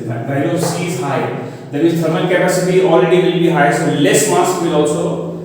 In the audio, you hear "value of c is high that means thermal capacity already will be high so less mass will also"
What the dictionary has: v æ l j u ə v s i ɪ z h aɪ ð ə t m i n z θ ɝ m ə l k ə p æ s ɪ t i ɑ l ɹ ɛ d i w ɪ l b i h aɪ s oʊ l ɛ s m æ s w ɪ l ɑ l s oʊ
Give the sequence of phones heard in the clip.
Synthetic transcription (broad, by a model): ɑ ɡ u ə s i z h aɪ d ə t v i z t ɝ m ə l k ə p æ s ɪ t i ɑ l ɹ ɛ d i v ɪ l b i h aɪ s oʊ l ɛ s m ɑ s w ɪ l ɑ l s oʊ